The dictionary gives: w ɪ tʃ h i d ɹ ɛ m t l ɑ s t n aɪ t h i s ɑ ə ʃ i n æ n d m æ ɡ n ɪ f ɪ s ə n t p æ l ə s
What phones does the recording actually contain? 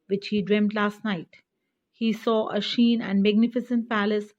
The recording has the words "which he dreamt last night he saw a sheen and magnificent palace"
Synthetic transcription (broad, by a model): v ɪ tʃ h i d ɹ ɛ m t l ɑ s t n aɪ t h i s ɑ ə ʃ i n æ n d m æ ɡ n ɪ f ɪ s ə n t p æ l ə s